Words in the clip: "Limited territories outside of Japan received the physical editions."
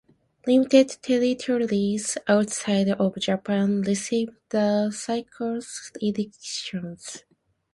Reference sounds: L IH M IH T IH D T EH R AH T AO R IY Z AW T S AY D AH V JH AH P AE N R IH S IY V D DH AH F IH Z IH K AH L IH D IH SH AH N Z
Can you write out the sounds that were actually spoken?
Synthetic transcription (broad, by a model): L IH M IH T IH D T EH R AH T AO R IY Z AW T S AY D AH V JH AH P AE N L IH S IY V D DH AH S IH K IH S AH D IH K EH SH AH N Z